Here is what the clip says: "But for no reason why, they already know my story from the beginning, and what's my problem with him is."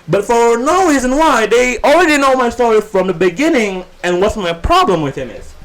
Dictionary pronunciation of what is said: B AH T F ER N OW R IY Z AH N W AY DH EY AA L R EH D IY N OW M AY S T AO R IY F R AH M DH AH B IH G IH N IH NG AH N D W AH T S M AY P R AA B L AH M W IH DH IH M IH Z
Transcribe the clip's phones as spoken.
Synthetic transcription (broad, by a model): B AH T F ER N OW R IY Z AH N W AY DH EY AA L R EH D IY N OW M AY S T AO R IY F R AH M DH AH B IH G IH N IH NG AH N W AH T S M AY P R AA B L AH M W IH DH IH M IH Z